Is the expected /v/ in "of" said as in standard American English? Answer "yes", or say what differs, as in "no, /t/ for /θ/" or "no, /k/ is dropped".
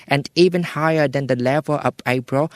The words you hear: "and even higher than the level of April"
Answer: no, /p/ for /v/